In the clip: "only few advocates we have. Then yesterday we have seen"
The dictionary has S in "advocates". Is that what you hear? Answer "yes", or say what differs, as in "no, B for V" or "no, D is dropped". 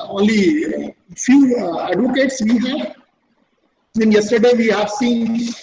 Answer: yes